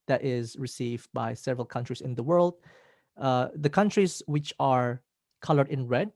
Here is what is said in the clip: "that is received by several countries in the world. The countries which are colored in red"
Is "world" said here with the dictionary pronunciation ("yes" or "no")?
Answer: yes